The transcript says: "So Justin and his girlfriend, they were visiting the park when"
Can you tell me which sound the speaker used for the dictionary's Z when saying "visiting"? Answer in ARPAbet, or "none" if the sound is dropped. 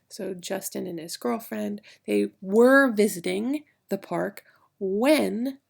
Z